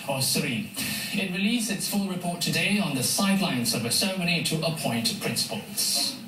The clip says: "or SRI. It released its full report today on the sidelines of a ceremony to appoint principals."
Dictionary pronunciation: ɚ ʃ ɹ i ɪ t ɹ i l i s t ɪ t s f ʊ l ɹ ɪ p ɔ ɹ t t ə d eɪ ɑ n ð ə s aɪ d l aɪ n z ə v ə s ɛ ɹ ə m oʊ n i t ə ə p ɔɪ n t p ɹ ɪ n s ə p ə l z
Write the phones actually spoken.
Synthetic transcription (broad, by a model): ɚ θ ɹ i ɪ t ɹ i l i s ɪ t s f ʊ l ɹ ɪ p ɔ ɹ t t ə d eɪ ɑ n ð ə s aɪ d l aɪ n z ə v ə s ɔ ə m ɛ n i t ə ə p ɔɪ n t p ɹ ɪ n s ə p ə l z